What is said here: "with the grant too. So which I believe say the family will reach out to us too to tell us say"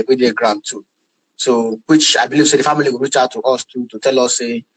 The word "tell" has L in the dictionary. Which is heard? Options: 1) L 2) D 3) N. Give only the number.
1